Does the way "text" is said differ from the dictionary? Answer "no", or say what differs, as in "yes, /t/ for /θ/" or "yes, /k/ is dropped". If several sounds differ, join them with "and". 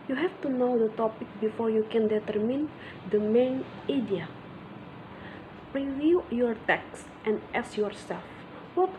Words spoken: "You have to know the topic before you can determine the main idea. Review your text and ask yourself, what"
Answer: no